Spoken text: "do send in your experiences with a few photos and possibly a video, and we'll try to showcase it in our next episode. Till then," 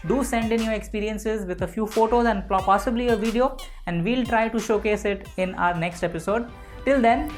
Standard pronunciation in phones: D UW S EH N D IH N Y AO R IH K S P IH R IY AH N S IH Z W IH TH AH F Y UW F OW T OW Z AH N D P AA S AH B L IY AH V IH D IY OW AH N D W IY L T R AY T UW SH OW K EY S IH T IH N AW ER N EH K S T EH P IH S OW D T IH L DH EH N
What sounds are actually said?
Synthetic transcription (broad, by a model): D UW S EH N D IH N Y AO R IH K S P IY R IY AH N S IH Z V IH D AH F Y UW F OW T OW Z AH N D P AA S AH B L IY AH V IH D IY OW AH N D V IY L T R AY T UW SH OW K EY S IH T IH N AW ER N EH K S T EH P IH S OW D T IH L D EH N